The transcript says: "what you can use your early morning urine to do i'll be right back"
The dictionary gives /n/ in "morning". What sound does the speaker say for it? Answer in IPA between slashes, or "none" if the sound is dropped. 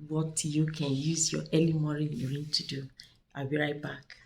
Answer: none